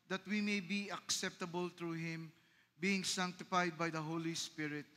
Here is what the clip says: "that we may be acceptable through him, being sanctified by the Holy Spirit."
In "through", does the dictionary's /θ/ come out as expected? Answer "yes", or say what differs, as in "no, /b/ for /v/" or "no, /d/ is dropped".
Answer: no, /t/ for /θ/